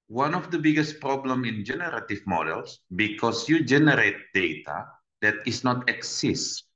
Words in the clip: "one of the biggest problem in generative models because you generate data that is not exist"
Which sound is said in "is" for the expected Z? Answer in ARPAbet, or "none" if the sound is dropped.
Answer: S